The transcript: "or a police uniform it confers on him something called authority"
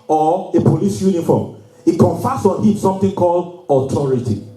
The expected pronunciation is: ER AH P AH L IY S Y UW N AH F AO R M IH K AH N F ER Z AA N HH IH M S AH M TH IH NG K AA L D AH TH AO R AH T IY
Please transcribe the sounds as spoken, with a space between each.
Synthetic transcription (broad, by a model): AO AH P AH L IY S Y UW N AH F AO M IH K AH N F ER S AA N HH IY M S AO M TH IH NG K AA L D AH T AO R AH T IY